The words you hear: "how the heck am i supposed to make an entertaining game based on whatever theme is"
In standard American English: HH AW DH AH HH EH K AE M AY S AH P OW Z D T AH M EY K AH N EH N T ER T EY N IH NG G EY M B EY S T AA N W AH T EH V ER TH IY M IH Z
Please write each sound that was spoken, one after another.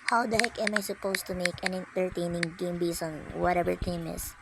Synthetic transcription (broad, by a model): HH AW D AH HH EH K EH M AY S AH P OW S T AH M EY K AH N EH N T ER T EY N IH NG G EY M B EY S AA N W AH T EH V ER T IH M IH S